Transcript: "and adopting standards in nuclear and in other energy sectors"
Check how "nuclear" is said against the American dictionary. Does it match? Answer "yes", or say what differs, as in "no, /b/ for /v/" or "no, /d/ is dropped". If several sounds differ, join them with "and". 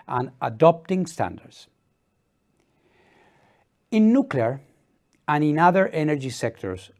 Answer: yes